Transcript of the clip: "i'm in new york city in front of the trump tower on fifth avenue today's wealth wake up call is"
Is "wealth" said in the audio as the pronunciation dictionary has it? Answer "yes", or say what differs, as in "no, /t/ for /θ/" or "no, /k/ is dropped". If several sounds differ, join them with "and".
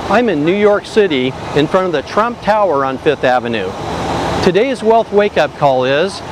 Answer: yes